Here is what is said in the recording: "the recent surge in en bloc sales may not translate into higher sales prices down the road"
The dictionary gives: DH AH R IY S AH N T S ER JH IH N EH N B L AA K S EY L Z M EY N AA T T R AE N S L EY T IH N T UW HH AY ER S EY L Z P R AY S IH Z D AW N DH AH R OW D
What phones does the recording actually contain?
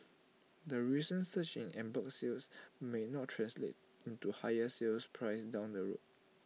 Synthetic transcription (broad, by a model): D AH R IY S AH N S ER CH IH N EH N B AA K S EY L S M EY N AA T T R AE N S L EY T IH N T UW HH AY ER S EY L S P R AY S D AW N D AH R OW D